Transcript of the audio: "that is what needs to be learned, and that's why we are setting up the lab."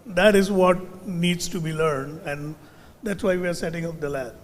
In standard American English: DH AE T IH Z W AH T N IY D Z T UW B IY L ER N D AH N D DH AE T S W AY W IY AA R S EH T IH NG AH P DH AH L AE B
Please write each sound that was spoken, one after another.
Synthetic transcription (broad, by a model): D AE T IH Z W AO T N IY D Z T UW B IY L ER N D AH N D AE T S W AY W IY AA R S EH T IH NG AH P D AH L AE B